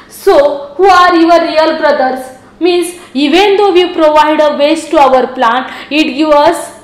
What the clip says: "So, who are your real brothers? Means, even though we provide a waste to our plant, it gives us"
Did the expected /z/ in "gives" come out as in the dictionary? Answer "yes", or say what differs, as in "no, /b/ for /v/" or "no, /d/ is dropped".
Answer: no, /z/ is dropped